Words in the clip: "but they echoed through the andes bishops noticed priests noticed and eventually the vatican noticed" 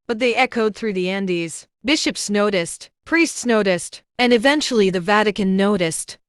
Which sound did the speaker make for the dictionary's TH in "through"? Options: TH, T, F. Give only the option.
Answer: TH